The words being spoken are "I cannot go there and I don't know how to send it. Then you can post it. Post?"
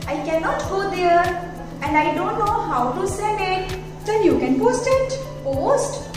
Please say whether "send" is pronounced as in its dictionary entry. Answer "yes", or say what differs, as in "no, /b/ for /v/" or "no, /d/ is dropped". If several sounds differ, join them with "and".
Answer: no, /d/ is dropped